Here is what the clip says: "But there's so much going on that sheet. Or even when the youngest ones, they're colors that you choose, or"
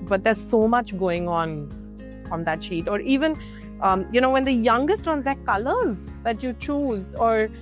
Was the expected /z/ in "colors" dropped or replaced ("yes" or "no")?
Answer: no